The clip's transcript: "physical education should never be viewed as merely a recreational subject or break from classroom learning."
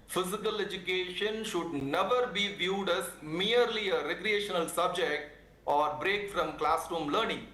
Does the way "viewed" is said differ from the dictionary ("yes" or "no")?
no